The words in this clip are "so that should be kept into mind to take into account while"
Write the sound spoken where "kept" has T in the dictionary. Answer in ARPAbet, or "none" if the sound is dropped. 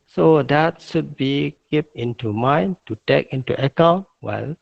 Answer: none